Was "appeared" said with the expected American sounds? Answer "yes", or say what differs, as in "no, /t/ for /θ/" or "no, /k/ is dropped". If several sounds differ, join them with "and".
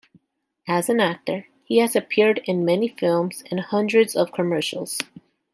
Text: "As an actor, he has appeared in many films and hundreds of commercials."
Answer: yes